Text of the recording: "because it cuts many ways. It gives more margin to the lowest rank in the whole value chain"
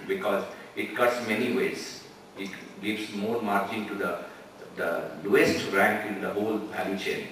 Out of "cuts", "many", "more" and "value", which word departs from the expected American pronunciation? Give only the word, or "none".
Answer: value